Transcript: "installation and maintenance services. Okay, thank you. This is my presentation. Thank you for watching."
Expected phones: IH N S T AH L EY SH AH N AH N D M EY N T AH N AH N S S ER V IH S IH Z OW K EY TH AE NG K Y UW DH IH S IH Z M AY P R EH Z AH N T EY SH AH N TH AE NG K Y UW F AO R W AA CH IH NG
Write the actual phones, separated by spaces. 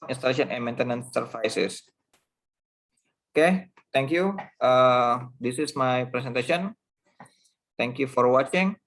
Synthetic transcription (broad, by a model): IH N S T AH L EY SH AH N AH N M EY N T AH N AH N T S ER F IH S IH S OW K EY T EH NG K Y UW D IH S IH S M AY P R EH S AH N T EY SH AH N T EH NG K Y UW F AO R W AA CH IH NG